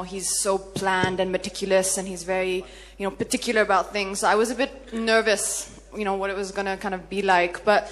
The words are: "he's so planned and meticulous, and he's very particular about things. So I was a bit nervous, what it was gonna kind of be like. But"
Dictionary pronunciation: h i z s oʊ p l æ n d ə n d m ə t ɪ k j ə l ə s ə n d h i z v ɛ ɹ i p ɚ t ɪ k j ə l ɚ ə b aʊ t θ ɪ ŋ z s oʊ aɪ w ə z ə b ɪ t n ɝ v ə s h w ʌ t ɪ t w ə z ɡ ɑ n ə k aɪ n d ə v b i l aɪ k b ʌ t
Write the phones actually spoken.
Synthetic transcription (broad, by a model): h i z s oʊ p l æ n d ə n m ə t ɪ k j l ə s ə n i z v ɛ ɹ i p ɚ t ɪ k j l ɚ ə b aʊ t θ ɪ ŋ z s oʊ aɪ w ə z ə b ɪ t n ɝ v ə s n w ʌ t ɪ t w ə z ɡ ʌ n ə k aɪ n d ə v b i l aɪ k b ʌ t